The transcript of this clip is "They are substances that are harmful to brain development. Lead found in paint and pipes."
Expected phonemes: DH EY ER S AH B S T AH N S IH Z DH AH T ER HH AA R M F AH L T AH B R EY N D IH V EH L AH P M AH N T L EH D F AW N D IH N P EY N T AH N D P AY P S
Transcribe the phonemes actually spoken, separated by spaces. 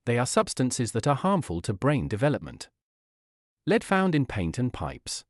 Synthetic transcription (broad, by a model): DH EY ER S AH B S T AH N S IH Z DH AH T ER HH AA R M F AH L T AH B R EY N D IH V EH L AH P M AH N T L EH D F AW N D IH N P EY N T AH N P AY P S